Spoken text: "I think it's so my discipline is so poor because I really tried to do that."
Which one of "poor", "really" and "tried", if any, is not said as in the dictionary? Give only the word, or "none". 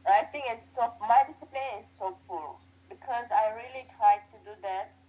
poor